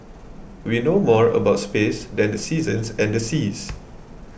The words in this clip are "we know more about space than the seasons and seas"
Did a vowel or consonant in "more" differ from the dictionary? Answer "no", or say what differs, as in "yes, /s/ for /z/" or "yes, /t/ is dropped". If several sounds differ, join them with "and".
no